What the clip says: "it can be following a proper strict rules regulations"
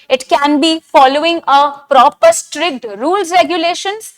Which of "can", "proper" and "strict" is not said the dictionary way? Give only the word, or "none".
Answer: none